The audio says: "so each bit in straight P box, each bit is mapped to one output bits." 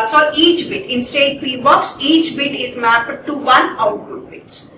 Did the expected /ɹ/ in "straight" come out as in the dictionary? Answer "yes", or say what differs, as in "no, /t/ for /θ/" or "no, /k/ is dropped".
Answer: no, /ɹ/ is dropped